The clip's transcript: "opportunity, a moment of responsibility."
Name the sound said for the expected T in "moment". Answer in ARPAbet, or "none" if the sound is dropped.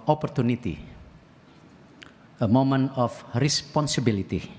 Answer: none